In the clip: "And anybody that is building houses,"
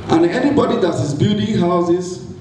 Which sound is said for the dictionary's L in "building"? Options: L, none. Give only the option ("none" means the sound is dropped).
none